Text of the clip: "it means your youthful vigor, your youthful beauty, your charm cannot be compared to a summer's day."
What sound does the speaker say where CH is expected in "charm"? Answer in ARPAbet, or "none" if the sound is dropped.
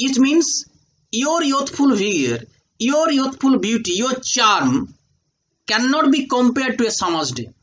CH